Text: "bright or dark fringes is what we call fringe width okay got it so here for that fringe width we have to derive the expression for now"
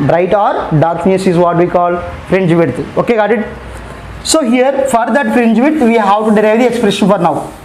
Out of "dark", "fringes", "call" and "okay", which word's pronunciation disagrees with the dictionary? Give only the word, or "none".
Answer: fringes